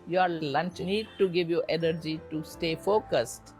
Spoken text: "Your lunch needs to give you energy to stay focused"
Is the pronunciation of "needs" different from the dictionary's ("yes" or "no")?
yes